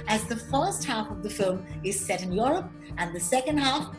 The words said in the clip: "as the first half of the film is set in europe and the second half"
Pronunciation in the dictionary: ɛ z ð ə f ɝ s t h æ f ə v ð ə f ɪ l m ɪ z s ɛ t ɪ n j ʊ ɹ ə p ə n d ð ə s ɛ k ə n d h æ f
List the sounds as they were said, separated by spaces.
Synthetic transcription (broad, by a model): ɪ z ð ə f ɝ s t h æ f ə v ð ə f ɪ l m ɪ z s ɛ t ɪ n j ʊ ɹ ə p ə n ð ə s ɛ k ə n d h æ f